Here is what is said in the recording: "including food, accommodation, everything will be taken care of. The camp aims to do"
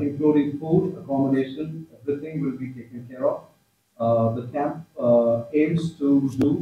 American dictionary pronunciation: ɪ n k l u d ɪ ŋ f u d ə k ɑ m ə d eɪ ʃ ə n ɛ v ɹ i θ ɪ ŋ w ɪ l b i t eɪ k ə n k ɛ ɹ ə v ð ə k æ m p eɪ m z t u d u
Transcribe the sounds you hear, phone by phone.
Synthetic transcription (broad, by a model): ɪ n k l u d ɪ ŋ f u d ə k ɑ m ə d eɪ ʃ ə n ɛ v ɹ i t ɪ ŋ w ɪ l b i t eɪ k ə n k ɛ ɹ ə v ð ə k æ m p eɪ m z t u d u